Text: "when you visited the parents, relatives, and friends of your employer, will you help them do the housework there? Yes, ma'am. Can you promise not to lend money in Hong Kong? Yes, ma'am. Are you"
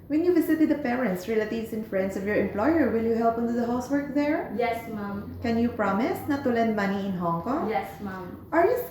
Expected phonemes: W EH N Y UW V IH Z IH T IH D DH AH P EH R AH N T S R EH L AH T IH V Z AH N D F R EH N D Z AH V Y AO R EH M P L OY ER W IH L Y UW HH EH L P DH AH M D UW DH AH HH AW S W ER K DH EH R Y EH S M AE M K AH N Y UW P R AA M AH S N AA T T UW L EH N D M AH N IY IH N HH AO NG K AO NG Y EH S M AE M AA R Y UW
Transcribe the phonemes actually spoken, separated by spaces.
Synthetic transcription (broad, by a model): W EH N Y UW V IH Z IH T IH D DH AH P EH R AH N T S R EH L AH T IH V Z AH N F R EH N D S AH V Y AO R EH M P L OY ER W IH L Y UW HH EH L P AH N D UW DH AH HH AW S W ER K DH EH R Y EH S M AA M K AH N Y UW P R AA M AH S N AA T T UW L EH N D M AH N IY IH N HH AO NG K AO NG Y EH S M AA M AA R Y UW